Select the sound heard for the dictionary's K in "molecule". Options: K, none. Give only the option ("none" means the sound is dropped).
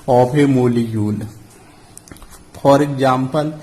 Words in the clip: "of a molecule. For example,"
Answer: none